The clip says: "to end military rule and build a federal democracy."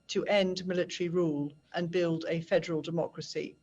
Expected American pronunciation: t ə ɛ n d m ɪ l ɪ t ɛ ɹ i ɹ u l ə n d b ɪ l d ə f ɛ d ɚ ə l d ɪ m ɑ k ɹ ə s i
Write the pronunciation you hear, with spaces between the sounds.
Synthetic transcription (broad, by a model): t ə ɛ n d m ɪ l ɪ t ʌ ɹ i ɹ u l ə n b ɪ l d ə f ɛ d ɚ ə l d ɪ m ɑ k ɹ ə s i